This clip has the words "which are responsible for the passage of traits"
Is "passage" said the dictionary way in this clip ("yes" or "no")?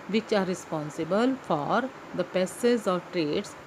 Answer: no